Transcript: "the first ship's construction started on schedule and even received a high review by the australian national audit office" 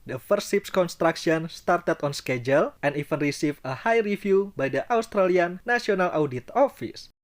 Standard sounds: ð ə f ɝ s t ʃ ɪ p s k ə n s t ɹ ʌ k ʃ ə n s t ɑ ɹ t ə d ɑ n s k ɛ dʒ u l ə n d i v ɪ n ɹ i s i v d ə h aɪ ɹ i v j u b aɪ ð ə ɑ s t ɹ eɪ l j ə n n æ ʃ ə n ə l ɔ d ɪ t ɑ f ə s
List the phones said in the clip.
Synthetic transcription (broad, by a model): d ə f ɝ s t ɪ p s k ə n s t ɹ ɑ k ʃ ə n s t ɑ ɹ t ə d ɑ n s k ɛ dʒ u l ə n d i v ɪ n ɹ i s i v ə h aɪ ɹ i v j u b aɪ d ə ɑ s t ɹ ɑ l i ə n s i ə n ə l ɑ d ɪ t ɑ f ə s